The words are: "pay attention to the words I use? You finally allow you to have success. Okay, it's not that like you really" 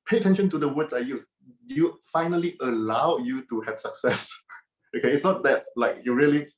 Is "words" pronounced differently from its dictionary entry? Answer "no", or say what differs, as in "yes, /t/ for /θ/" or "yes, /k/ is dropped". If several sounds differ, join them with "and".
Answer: yes, /s/ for /z/